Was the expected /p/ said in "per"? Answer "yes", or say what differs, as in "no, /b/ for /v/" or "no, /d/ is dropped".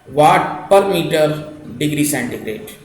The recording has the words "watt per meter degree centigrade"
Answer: yes